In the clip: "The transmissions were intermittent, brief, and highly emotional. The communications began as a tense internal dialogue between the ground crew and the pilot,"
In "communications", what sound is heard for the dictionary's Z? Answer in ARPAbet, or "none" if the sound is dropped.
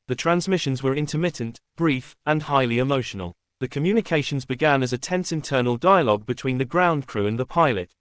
Z